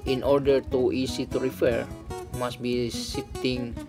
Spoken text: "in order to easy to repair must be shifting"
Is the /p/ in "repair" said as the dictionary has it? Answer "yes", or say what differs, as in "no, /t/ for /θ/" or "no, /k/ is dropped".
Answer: no, /f/ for /p/